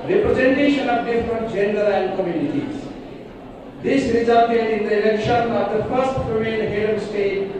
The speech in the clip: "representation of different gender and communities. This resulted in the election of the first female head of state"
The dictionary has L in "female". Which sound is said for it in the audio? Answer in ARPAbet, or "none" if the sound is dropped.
N